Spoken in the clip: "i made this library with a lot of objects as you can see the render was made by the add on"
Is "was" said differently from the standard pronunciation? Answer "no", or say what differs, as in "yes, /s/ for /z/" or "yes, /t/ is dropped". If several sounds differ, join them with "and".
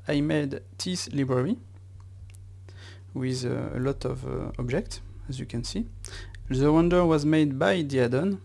no